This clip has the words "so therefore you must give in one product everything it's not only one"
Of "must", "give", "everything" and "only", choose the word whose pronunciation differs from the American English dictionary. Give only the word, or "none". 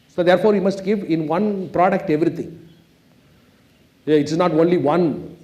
everything